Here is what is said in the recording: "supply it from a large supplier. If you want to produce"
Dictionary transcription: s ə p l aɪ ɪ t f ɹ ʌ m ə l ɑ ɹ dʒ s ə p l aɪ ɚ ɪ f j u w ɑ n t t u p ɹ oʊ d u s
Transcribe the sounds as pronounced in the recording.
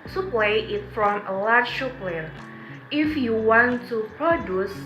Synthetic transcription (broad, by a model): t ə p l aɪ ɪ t f ɹ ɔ m ə l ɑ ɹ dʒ ʃ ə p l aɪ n ɪ f j u w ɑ n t t u p ɹ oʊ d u s